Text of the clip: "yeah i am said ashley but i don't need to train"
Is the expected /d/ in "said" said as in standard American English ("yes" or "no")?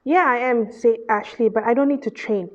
no